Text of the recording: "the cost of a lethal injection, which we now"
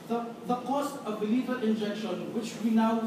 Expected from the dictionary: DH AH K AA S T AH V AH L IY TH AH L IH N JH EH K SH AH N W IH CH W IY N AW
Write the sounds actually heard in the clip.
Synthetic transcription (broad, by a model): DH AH K AA S T AH V AH L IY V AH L IH N JH EH K SH AH N W IH CH W IY N AW